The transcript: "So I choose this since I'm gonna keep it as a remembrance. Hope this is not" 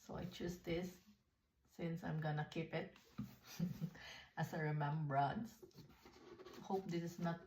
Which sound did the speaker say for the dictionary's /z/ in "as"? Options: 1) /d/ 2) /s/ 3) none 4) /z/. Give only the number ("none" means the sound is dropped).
2